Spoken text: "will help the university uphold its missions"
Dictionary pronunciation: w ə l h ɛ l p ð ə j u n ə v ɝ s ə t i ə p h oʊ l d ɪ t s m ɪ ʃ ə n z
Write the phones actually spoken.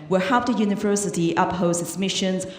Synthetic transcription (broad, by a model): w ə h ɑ p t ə j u n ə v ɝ s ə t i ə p h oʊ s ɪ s m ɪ ʃ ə n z